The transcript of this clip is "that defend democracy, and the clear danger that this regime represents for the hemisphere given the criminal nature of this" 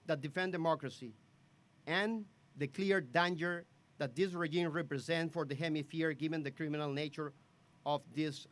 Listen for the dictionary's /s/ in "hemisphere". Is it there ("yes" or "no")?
no